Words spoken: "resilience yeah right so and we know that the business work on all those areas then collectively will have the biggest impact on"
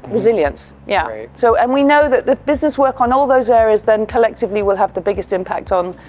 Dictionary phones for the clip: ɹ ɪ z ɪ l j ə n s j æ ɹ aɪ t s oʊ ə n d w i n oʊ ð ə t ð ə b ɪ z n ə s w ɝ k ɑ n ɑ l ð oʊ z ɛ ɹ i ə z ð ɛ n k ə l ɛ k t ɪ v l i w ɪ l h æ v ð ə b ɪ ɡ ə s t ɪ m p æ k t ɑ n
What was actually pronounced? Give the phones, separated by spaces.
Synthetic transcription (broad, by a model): ɹ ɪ z ɪ l j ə n s j æ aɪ s oʊ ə n w i n oʊ ð ə t ð ə b ɪ z n ə s w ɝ k n ɑ l ð oʊ z ɛ ɹ i ə z ð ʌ n k ə l ɛ k t ɪ v l i w ɪ l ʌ v ð ə b ɪ ɡ ə s t ɪ m p æ k t n